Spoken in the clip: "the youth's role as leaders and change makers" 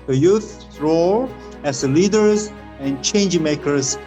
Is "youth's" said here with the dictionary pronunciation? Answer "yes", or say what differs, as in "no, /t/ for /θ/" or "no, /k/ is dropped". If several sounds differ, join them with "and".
no, /s/ is dropped